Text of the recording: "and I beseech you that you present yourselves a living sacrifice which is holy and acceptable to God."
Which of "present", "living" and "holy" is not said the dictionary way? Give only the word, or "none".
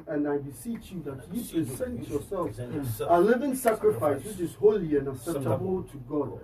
present